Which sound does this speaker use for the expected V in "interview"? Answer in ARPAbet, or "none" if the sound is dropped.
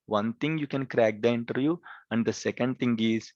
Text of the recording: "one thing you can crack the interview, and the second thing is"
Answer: none